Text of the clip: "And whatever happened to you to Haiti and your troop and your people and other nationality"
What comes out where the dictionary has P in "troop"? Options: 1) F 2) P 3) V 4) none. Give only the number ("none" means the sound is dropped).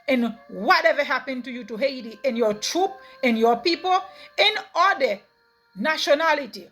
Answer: 2